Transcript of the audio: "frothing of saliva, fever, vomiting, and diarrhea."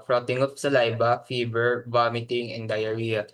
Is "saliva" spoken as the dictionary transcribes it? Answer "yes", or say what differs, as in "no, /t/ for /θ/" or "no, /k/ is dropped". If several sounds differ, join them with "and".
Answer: no, /b/ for /v/